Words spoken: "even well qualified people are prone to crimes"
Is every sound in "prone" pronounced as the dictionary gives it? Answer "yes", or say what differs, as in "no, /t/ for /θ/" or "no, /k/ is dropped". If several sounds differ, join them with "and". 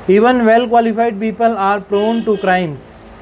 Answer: yes